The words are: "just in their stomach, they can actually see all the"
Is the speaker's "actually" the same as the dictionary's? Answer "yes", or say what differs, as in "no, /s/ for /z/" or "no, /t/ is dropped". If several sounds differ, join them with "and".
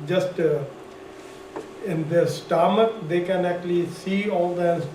yes